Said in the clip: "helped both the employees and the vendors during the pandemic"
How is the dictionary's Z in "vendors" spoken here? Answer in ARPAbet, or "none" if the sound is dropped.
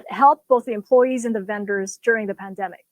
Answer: Z